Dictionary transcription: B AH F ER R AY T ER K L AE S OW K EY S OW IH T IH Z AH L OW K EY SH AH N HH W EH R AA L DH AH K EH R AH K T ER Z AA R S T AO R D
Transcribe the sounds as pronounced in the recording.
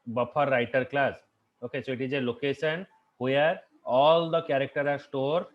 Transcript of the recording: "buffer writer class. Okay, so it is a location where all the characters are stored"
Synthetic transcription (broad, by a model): B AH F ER R AY T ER K L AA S OW K EY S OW IH T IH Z AH L OW K EY SH AH N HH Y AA R AA L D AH K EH R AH K T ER AA R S T AO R D